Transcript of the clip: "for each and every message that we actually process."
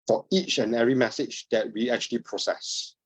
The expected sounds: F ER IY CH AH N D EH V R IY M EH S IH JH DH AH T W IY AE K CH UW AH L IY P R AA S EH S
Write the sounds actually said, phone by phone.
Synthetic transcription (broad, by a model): F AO IY CH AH N EH R IY M EH S IH JH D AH T W IY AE K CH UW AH L IY P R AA S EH S